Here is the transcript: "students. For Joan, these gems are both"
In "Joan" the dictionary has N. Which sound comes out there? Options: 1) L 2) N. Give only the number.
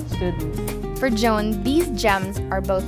2